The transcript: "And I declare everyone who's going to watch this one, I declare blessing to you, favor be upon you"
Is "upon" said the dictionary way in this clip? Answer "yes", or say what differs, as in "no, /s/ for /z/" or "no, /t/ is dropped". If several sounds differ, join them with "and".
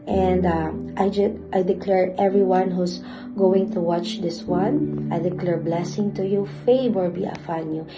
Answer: no, /f/ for /p/